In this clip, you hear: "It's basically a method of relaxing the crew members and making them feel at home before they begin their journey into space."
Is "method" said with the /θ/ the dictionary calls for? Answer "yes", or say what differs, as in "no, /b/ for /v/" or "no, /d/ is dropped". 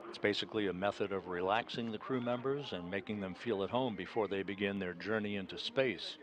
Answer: yes